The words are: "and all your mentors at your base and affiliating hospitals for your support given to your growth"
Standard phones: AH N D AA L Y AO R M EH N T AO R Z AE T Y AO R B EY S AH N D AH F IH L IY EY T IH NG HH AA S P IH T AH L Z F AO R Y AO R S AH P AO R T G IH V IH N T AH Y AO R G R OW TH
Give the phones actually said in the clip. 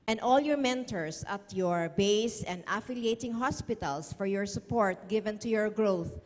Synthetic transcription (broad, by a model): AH N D AA L Y AO R M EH N T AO R S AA T Y AO R B EY S AH N D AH F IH L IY EY T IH NG HH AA S P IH T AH L S F AO R Y AO R S AH P AO R T G IH V IH N T AH Y AO R G R OW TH